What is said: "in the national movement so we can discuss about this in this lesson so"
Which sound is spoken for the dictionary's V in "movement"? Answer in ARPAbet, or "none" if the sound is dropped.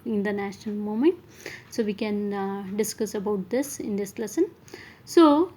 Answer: none